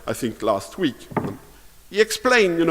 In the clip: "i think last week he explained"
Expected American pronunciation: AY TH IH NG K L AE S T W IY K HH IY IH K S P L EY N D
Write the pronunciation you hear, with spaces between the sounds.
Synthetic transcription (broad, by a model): AY TH IH NG K L AE S T W IY K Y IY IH K S P L EY N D